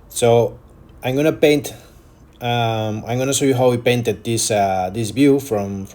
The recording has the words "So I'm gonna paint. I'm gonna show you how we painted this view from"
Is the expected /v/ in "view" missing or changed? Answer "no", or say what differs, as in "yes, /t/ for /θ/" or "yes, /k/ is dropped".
yes, /b/ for /v/